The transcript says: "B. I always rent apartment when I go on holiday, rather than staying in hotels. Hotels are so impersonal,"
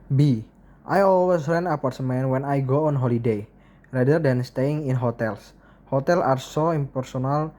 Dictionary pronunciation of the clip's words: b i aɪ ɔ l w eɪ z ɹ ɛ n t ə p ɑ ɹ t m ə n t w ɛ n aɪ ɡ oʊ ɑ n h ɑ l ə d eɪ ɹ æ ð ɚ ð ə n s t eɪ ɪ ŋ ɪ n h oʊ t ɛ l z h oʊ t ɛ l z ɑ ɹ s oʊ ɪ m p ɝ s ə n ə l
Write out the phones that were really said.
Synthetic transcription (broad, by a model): b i aɪ ɔ l w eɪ s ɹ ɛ n ə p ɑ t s m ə n w ɛ n aɪ ɡ oʊ ɑ n h ɑ l ə d eɪ ɹ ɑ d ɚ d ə n s t eɪ ɪ ŋ ɪ n h oʊ t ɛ l s h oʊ t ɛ l ɑ ɹ s oʊ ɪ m p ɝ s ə n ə l